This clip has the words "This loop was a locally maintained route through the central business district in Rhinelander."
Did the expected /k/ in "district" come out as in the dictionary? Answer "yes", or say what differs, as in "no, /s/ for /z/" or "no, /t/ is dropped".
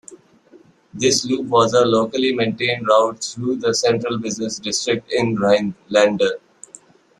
yes